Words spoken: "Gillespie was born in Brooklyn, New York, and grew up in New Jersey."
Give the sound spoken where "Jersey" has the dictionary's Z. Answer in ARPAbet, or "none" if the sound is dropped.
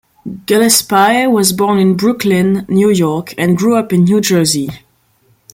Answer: Z